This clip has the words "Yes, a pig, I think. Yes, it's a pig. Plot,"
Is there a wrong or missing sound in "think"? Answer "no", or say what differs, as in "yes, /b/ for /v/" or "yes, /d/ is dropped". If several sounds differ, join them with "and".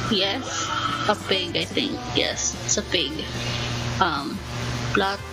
yes, /t/ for /θ/